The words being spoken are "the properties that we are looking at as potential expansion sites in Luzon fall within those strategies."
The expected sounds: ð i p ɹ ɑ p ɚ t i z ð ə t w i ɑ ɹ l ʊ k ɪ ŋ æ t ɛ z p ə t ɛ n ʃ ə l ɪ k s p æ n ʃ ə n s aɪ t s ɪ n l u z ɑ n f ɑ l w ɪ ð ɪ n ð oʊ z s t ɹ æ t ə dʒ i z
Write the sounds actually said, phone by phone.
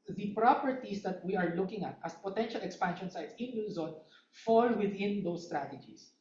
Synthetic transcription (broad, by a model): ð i p ɹ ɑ p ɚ t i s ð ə t w i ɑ ɹ l ʊ k ɪ ŋ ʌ t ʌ s p ə t ɛ n ʃ ə l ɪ k s p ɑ n ʃ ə n s aɪ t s ɪ n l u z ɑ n f ɑ l w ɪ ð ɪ n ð oʊ s t ɹ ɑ t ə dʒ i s